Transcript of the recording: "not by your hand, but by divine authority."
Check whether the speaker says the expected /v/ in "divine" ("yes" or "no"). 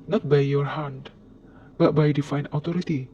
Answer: no